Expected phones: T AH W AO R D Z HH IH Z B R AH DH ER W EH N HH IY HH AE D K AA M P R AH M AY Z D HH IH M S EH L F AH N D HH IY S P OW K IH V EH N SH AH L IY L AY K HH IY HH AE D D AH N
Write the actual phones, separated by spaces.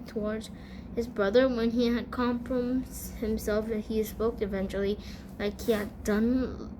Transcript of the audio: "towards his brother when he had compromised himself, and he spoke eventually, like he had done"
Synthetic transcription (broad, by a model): T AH W AO R D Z HH IH Z B R AH DH ER W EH N IY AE D K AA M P R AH M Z HH IH M S EH L F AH HH IY S P OW K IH V EH N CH L IY L AY K HH IY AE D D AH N